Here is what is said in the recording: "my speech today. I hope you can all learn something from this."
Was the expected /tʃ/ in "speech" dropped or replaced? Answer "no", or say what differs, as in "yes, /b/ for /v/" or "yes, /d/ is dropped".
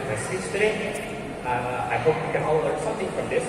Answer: yes, /s/ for /tʃ/